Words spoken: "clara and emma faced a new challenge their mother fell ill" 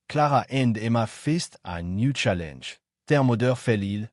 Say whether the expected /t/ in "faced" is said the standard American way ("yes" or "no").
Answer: yes